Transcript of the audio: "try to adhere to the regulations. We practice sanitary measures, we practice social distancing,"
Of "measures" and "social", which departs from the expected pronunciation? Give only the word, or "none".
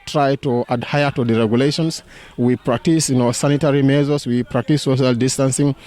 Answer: measures